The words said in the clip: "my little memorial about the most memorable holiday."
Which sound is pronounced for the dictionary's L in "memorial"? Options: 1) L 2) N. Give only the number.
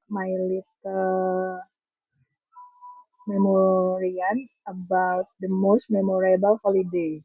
2